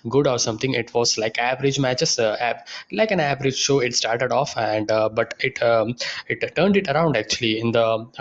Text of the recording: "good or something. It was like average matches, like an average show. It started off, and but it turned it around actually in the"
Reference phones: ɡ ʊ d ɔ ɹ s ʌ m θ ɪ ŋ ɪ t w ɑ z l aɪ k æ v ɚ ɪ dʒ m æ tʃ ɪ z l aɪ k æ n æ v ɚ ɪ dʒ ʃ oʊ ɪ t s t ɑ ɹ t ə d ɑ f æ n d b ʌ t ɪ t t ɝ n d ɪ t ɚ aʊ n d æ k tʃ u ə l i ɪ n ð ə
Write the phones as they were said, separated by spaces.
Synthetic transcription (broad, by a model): ɡ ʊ d ɔ ɹ s ʌ m t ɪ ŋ ɪ t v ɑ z l aɪ k æ v ɚ ɪ dʒ m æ tʃ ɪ s l aɪ k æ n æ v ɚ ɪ dʒ ʃ oʊ ɪ t s t ɑ ɹ t ə d ɑ f æ n d b ʌ t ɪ t t ɝ n d ɪ t ɚ aʊ n d æ k tʃ u ə l i ɪ n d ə